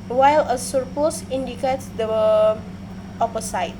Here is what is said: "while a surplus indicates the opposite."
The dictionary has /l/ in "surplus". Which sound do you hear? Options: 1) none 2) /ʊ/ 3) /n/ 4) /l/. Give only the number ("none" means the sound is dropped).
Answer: 1